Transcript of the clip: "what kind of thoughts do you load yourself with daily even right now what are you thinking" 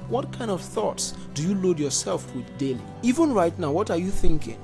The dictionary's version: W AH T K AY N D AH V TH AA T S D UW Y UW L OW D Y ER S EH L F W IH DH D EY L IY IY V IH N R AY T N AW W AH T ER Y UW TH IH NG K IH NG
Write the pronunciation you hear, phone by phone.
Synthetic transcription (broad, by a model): W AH T K AY N D AH V TH AA T S D UW Y UW L OW D Y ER S EH L F W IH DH D EY L IY IY V IH N R AY T N AW W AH T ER Y UW TH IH NG K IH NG